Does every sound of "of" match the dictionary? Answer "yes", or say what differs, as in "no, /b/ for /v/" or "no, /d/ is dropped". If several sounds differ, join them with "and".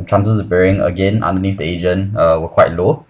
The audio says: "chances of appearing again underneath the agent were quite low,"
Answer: no, /b/ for /v/